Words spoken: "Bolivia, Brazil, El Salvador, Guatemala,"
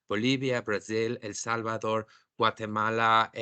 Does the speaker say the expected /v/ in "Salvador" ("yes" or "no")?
no